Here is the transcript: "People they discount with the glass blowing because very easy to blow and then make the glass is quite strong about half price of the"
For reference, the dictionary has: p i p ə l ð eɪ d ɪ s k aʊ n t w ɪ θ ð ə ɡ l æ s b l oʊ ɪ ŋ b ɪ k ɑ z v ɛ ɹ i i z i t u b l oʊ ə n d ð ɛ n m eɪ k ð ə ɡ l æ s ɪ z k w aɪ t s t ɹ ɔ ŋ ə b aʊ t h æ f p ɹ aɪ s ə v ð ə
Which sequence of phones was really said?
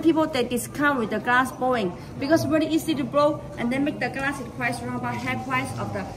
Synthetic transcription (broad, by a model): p i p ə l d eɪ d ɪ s k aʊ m w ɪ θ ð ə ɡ l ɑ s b oʊ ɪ ŋ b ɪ k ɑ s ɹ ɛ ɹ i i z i t u b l oʊ ə n d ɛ n m eɪ k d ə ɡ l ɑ s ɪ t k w aɪ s ɹ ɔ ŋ ə b aʊ t h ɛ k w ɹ aɪ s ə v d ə